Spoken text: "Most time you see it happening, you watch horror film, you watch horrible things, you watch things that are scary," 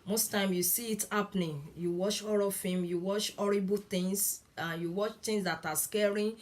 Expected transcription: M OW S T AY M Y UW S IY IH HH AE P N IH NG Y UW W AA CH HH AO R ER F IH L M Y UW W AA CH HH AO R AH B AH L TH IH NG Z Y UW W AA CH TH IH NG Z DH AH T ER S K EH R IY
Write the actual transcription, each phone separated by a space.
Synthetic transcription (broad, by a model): M OW S T AY M Y UW S IY IH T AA P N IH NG Y UW W AA CH AO R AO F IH M Y UW W AA CH AO R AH B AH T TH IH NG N Y UW W AA CH T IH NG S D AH T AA S K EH R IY